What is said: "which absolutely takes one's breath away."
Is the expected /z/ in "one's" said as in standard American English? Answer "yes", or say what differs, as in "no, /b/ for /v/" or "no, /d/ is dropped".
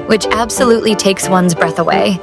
yes